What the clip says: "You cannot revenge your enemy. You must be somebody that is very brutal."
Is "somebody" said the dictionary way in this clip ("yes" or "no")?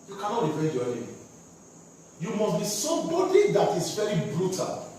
no